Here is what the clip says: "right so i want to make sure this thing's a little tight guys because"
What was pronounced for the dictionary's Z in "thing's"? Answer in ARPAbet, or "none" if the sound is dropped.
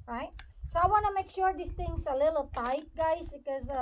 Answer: S